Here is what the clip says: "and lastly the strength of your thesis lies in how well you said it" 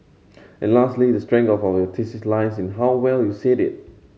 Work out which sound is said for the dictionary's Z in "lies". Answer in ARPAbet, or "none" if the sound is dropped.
S